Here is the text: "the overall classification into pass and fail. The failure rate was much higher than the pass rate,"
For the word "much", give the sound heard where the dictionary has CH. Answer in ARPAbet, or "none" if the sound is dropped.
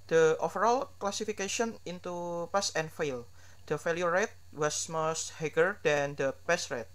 S